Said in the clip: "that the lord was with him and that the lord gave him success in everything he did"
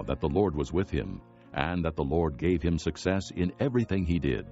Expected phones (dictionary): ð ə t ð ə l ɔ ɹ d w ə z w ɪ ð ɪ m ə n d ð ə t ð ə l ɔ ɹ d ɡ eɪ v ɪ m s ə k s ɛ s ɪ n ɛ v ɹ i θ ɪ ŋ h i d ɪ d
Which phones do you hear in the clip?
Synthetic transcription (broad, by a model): ð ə t ð ə l ɔ ɹ d w ə z w ɪ ð ɪ m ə n ð ə t ð ə l ɔ ɹ d ɡ eɪ v ɪ m s ə k s ɛ s ɪ n ɛ v ɹ i θ ɪ ŋ i d ɪ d